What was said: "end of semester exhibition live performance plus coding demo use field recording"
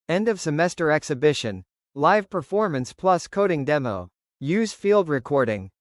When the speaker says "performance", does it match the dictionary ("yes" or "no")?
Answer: yes